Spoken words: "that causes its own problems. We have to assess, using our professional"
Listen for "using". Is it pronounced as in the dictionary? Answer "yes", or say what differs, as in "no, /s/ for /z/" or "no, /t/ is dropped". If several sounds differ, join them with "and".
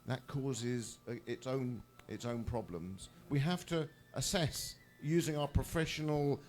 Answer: yes